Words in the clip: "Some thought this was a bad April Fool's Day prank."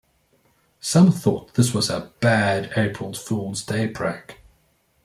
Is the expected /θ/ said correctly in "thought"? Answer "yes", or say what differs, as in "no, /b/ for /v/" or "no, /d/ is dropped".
yes